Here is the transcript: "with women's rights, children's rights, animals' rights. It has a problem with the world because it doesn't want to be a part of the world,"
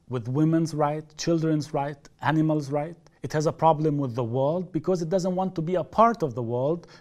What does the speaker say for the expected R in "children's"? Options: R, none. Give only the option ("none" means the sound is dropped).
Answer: R